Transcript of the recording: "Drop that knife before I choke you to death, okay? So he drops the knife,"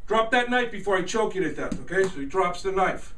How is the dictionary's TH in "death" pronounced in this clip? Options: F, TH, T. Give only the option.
T